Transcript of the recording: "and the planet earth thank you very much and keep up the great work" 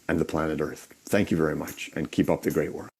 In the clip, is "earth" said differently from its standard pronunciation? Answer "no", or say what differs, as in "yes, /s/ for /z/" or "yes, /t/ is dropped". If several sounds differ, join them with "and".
no